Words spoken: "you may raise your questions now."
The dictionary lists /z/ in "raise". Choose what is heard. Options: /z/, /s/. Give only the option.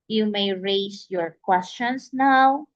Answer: /s/